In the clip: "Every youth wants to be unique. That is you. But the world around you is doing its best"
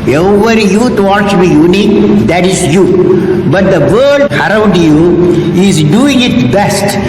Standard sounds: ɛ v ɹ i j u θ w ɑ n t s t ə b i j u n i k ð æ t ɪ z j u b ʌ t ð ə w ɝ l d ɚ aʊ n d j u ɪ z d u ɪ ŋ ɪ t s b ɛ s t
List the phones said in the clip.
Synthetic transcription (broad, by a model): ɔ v ɹ j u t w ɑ t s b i j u n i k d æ t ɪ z j u b ʌ t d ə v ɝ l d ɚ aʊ n d j u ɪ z d u ɪ ŋ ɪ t b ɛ s t